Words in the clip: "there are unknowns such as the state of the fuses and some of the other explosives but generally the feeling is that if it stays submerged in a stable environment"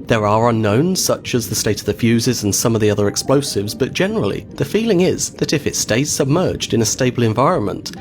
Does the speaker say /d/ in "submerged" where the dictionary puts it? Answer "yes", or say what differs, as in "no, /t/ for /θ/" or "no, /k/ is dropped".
yes